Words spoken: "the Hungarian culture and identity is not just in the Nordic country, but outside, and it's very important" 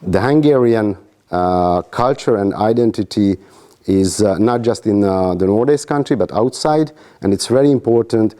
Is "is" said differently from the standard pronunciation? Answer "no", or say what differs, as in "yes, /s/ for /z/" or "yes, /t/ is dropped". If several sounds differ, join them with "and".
no